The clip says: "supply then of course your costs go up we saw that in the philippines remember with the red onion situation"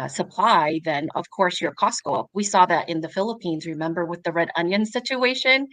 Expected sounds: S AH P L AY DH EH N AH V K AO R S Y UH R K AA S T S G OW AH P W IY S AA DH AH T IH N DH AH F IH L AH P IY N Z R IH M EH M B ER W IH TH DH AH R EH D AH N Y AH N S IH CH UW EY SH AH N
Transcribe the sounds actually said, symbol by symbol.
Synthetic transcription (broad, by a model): S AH P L AY DH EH N AH V K AO R S Y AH R K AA S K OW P W IY S AA DH AH T IH N DH AH F IH L AH P IY N Z R IH M EH M B ER W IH DH AH R EH D AH N Y AH N S IH CH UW EY SH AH N